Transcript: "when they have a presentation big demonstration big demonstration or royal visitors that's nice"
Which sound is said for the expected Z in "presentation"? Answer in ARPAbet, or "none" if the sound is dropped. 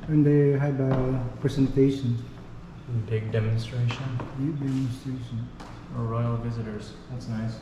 S